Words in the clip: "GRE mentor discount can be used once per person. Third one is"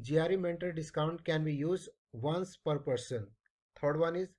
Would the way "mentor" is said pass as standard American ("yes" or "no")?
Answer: no